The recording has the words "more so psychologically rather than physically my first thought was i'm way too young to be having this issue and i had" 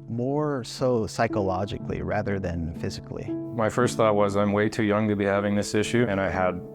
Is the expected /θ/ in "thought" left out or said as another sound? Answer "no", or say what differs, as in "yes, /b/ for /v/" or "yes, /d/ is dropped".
no